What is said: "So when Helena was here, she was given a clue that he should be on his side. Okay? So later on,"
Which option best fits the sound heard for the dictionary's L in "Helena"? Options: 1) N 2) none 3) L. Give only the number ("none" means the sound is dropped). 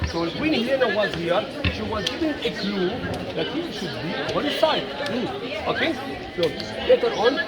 2